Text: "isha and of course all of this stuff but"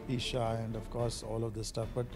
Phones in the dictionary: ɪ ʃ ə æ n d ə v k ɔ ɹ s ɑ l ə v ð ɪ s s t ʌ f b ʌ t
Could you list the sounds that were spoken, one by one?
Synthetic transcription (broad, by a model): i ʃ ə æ n d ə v k ɔ ɹ s ɑ l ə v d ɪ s s t ʌ f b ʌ t